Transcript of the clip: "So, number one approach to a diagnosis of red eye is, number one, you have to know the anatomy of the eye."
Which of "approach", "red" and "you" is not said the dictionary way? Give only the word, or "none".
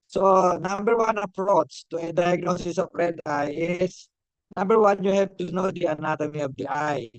approach